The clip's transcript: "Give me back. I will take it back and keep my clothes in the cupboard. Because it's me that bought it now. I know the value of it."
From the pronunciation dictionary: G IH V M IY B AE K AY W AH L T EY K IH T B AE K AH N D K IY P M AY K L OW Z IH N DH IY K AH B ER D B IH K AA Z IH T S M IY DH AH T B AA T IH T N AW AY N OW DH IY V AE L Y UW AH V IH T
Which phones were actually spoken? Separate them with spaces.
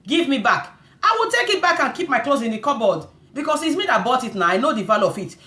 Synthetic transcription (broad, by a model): G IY V M IY B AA K AY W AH T EY K IH T B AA K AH N K IY P M AY K L OW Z IH N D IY K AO B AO D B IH K AA S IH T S M IY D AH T B AA T IH T N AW AY N OW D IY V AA L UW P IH T